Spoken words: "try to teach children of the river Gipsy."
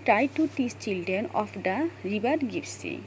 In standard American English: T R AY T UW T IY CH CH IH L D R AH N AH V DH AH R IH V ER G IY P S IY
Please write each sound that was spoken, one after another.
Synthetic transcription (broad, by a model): T R AY T UW T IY S CH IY L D R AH N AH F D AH R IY B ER G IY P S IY